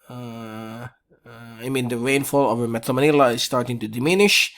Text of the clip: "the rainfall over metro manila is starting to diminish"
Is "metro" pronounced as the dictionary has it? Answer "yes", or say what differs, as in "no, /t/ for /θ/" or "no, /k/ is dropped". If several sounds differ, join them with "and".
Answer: no, /ɹ/ is dropped